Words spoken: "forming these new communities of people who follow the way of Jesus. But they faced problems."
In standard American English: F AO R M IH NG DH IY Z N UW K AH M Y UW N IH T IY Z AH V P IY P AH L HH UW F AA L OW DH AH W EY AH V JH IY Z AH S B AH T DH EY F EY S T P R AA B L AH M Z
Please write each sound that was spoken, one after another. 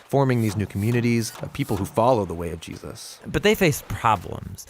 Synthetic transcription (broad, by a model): F AO R M IH NG DH IY Z N UW K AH M Y UW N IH T IY Z AH V P IY P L HH UW F AA L OW DH AH W EY AH V JH IY Z AH S B AH T DH EY F EY S P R AA B L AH M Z